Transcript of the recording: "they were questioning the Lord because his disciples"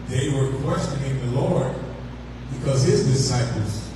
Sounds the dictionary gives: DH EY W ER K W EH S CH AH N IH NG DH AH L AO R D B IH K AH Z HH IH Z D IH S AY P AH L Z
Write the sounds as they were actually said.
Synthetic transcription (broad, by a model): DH EY W ER K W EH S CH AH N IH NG DH AH L AO R D B IH K AH Z HH IH Z D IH S AY P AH L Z